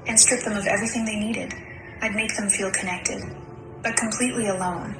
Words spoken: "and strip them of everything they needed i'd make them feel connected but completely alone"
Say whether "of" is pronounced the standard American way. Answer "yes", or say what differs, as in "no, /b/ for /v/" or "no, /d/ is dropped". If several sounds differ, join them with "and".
yes